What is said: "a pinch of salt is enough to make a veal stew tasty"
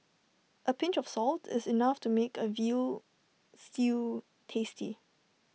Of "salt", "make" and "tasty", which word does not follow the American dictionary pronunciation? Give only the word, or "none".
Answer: none